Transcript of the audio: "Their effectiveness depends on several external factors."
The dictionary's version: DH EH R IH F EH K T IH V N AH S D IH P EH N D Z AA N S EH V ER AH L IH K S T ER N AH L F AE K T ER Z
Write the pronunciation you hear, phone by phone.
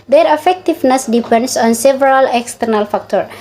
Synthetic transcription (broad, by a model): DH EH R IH F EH K T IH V N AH S D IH P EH N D S AA N S EH V ER AH L IH K S T ER N AH L F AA K T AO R